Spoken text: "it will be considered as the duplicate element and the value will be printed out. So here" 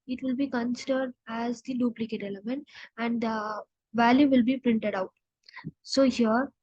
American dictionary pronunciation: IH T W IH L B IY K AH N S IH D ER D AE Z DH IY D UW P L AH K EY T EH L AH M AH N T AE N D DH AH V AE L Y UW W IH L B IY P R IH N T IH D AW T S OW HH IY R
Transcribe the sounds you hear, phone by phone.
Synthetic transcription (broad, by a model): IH T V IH L B IY K AH N S IH D ER D AE Z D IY D UW P L AH K EY T EH L AH M AH N T AE N D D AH V AE L Y UW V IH L B IY P R IH N T IH D AW T S OW HH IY R